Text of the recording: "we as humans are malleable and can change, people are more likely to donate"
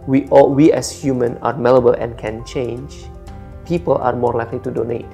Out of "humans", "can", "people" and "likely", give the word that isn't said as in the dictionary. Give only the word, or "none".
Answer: humans